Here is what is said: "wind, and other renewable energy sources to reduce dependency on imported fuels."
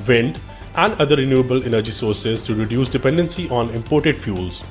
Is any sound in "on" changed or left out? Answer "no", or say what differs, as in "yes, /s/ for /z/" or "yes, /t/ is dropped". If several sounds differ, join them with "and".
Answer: no